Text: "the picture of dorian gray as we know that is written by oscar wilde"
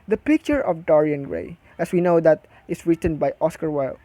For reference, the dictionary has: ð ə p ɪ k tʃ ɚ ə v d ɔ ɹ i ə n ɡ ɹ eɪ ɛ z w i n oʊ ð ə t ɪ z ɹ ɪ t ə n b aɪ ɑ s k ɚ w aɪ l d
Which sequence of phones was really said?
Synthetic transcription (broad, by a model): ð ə p ɪ k tʃ ɚ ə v d ɔ ɹ i ə n ɡ ɹ eɪ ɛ s w i n oʊ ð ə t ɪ s ɹ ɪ t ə n b aɪ ɑ s k ɚ w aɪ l